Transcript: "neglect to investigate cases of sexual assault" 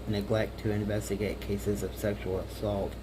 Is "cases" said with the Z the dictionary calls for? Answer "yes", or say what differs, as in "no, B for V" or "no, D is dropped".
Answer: yes